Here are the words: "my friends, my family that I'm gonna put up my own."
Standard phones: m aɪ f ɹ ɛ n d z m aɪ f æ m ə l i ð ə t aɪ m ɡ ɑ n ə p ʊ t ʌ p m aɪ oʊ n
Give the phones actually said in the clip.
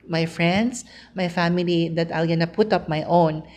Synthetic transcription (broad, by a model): m aɪ f ɹ ɛ n d s m aɪ f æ m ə l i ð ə t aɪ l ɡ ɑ n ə p ʊ t ʌ p m aɪ oʊ n